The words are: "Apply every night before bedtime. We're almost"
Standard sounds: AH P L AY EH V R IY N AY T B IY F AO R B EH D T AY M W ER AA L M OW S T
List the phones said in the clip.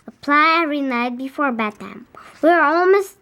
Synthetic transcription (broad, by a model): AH P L AY EH V R IY N AY T B IY F AO R B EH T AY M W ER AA L M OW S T